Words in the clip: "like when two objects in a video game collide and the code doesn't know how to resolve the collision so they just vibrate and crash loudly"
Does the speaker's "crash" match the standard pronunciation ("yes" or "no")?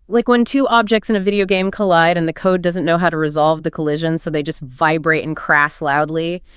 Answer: no